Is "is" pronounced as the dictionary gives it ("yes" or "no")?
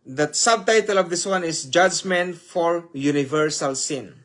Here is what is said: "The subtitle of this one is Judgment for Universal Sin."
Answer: no